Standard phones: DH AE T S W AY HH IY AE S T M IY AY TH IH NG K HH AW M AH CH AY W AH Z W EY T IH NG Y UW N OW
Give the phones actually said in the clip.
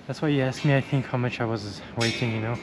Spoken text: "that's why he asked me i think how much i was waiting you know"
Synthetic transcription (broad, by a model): DH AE T S W AY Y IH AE S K M IY AY TH IH NG K HH AW M AH CH AY W AH Z W EY T IH NG Y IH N OW